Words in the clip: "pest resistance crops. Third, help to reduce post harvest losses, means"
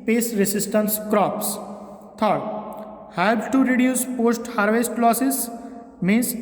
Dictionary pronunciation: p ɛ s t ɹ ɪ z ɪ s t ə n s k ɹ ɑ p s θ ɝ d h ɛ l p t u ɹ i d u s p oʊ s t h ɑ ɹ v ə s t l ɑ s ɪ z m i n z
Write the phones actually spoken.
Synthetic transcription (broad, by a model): p ɛ s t ɹ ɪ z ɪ s t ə n s k ɹ ɑ p s t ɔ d h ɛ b t u ɹ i d u s p oʊ s t h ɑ ɹ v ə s t l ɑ s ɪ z m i n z